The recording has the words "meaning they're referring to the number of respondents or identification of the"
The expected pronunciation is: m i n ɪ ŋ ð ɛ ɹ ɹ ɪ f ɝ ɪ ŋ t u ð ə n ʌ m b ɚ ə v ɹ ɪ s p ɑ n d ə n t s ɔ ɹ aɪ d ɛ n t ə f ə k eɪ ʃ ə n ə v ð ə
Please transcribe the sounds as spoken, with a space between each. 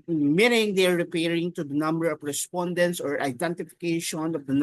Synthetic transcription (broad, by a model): m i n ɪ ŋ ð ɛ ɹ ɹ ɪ p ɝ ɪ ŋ t u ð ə n ʌ m b ɚ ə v ɹ ɪ s p ɑ n d ə n t s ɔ ɹ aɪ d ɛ n t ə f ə k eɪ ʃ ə n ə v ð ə